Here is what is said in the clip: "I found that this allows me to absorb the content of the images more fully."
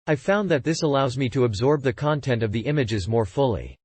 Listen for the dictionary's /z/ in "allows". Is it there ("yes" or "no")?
yes